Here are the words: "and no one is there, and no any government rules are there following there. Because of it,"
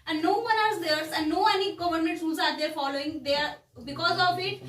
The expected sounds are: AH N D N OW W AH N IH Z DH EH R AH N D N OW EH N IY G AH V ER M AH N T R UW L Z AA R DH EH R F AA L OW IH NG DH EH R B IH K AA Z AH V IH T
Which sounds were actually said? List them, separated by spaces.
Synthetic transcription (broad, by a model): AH N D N OW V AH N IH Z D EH R AH N D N OW EH N IY G AH V ER M AH N T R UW Z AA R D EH R F AA L OW IH NG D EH R B IH K AA Z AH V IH T